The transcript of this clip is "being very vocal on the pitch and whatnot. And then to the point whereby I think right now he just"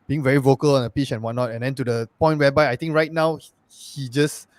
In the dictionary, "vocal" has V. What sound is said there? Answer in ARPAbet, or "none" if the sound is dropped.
V